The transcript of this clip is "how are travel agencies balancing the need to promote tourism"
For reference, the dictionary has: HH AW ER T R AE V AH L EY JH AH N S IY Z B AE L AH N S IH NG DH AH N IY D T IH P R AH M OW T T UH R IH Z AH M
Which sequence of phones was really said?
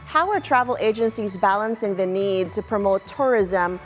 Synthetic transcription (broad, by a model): HH AW ER T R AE V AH L EY JH AH N S IY Z B AE L AH N S IH NG DH AH N IY D T IH P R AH M OW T T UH R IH Z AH M